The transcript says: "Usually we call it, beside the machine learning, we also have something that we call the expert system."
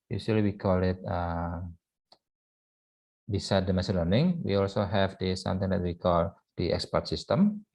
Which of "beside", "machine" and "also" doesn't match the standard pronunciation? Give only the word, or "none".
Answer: machine